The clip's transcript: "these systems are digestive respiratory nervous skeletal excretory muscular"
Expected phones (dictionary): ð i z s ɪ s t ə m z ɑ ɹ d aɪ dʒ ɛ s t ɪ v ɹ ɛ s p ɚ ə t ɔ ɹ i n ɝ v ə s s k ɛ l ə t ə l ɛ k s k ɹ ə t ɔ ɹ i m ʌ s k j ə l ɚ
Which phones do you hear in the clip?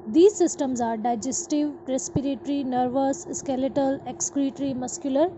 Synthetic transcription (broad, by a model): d i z s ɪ s t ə m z ɑ ɹ d aɪ dʒ ɛ s t ɪ v ɹ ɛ s p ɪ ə t ɹ i n ɝ v ə s s k ɛ l ə t ə l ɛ k s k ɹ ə t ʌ ɹ i m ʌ s k j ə l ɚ